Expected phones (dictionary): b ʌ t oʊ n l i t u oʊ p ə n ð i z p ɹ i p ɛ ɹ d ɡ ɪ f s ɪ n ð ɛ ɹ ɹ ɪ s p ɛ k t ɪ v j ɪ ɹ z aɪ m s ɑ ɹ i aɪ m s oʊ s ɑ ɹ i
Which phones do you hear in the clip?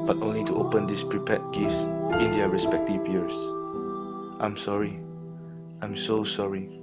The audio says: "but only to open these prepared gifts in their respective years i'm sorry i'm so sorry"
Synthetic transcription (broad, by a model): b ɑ t oʊ n l i t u oʊ p ə n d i s p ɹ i p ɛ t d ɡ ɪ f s ɪ n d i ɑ ɹ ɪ s p ɛ k t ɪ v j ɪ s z aɪ m s ɑ ɹ i aɪ m s oʊ s ɑ ɹ i